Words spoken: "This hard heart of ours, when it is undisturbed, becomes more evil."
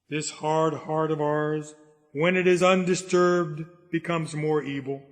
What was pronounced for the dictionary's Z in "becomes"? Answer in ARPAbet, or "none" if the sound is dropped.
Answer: Z